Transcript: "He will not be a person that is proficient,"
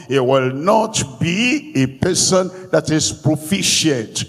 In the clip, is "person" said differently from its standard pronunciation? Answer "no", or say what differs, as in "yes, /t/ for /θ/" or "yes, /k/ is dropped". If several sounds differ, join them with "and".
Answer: no